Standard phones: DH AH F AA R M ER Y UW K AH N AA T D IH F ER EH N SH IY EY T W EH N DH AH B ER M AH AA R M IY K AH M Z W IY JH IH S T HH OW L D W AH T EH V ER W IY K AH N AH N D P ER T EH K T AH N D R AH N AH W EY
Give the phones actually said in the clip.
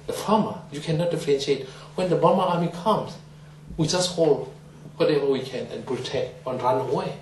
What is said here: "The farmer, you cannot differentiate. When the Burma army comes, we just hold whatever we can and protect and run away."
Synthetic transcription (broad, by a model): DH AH F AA M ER Y UW K AH N AA T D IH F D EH N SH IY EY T W EH N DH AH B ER M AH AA M IY K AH M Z W IY JH IH S T HH OW L D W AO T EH V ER W IY K AH N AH N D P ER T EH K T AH N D R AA N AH W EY